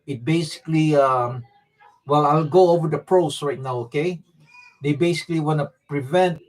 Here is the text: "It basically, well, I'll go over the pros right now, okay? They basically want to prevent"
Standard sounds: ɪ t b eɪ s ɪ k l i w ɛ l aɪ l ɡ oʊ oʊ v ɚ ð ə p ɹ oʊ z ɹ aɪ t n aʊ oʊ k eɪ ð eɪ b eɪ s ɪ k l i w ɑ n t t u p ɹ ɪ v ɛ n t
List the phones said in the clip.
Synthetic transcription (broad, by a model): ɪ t b eɪ s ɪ k l i w ɛ l aɪ l ɡ oʊ oʊ v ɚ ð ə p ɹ oʊ s ɹ aɪ t n aʊ oʊ k eɪ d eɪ b eɪ s ɪ k l i w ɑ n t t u p ɹ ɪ v ɛ n t